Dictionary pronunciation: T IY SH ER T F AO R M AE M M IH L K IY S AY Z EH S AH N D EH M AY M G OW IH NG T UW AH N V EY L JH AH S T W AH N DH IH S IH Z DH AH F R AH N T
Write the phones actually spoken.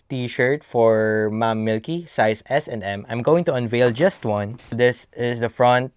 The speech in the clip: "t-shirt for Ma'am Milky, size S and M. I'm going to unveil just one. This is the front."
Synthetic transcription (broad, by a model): T IY SH ER T F AO R M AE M M IH L K IY S AY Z EH S AH N D EH M AY M G OW IH NG T UW AH N V EY L JH AH S T W AH N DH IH S IH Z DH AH F R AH N T